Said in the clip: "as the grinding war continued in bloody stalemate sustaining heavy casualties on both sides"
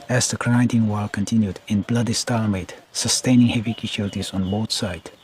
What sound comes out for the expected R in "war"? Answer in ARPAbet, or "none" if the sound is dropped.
L